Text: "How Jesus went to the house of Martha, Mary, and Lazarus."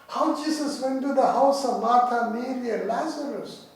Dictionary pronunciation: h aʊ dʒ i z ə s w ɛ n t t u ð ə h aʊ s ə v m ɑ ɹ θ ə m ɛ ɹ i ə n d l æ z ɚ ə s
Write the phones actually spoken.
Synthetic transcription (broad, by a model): h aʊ dʒ i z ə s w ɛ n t t u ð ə h aʊ s ə v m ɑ ɹ t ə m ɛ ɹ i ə l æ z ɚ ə s